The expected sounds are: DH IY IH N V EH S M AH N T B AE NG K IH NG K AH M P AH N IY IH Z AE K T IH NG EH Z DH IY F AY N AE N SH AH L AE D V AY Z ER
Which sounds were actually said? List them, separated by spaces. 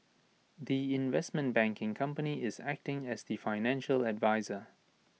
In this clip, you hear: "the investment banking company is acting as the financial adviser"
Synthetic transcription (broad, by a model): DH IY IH N V EH S M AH N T B AE NG K IH NG K AH M P AH N IY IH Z AE K T IH NG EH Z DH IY F AY N AE N SH AH L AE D V AY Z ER